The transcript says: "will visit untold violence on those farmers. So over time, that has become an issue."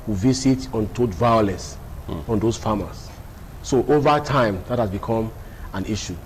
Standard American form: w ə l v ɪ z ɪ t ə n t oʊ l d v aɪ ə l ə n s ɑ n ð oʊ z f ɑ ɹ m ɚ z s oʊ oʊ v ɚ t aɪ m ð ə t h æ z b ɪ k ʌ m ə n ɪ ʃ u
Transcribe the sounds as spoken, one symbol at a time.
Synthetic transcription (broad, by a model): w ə v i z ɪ t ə n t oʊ d v aɪ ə l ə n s ɑ n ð oʊ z f ɑ m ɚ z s oʊ oʊ v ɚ t aɪ m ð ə t h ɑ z b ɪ k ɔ m ə n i ʃ u